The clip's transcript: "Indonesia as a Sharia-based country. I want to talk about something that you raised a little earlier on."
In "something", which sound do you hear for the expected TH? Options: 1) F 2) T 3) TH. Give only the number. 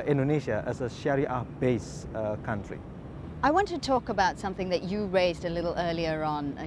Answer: 3